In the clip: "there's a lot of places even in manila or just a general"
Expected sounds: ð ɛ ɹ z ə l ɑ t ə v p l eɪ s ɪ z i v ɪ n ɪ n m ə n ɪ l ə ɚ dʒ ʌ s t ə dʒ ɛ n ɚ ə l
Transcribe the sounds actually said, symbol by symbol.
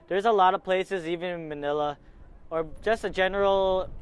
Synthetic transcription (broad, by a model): ð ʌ ɹ z ə l ɑ t ə v p l eɪ s ɪ z i v ɪ n ɪ n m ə n ɪ l ə ɚ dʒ ʌ s t ə dʒ ɛ n ɚ l